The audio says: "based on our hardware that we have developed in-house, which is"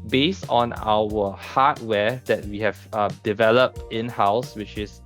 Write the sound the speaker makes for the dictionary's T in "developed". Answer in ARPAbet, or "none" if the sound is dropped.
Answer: T